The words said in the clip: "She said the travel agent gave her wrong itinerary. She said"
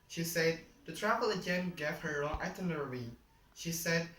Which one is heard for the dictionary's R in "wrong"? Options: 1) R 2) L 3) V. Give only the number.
2